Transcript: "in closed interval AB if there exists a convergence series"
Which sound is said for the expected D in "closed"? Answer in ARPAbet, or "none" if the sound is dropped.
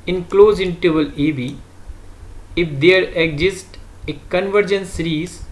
none